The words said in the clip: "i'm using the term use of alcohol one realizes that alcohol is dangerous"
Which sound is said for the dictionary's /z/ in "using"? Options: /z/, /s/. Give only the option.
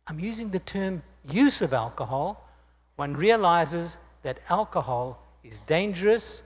/z/